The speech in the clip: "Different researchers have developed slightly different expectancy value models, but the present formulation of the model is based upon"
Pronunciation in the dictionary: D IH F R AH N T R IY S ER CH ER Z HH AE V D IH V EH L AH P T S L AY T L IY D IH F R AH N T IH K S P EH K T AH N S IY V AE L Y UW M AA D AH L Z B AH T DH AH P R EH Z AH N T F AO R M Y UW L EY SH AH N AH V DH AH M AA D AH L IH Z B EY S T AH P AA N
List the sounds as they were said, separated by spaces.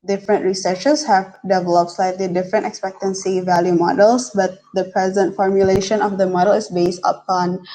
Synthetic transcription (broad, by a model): D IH F R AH N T R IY S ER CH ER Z HH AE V D IH V EH L AH P T S L AY T L IY D IH F R AH N T IH K S P EH K T AH N S IY V AE L Y UW M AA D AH L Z B AH T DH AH P R EH Z AH N T F AO R M Y UW L EY SH AH N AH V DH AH M AA D AH L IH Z B EY S T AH P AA N